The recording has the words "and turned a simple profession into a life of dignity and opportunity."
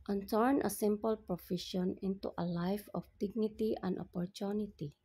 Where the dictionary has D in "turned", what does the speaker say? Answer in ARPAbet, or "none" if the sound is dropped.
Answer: none